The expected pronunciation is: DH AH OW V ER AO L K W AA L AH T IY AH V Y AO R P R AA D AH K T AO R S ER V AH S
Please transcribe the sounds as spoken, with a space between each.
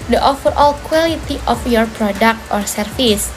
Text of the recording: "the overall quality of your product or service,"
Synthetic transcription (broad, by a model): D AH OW F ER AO L K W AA L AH T IY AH F Y AO R P R AA D AH K T AO R S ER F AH S